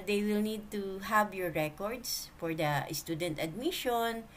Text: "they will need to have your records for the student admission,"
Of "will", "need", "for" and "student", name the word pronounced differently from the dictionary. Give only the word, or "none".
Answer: none